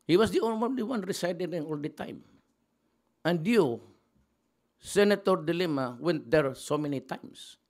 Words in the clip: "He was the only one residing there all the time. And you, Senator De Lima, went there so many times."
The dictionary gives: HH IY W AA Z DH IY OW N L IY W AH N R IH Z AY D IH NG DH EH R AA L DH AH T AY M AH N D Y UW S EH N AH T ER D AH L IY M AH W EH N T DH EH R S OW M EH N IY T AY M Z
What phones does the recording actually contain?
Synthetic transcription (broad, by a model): HH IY W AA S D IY OW N L IY W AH N R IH S AY D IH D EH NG AA L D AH T AY M AH N D Y UW S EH N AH T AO D AH L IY M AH W EH N T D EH R S OW M EH N IY T AY M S